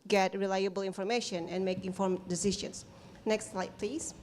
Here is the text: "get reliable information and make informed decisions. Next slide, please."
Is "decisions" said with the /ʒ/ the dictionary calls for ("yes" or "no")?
no